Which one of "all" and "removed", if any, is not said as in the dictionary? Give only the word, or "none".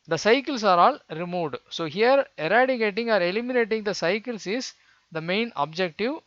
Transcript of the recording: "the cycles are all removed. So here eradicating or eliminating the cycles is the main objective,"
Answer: none